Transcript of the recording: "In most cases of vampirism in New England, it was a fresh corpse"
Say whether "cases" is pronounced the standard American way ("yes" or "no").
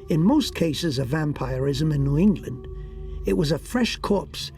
yes